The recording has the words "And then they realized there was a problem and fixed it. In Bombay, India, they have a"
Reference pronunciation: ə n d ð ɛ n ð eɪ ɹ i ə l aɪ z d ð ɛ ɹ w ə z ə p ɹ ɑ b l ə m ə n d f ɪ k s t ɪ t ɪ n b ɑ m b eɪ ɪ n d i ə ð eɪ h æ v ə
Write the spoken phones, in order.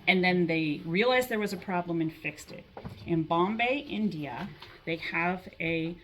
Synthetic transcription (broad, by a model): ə n ð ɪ n ð eɪ ɹ i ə l aɪ z ð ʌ ɹ w ə z ə p ɹ ɑ b l ə m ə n f ɪ k s t ɪ t ɪ n b ɑ m b eɪ ɪ n d i ə ð eɪ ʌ v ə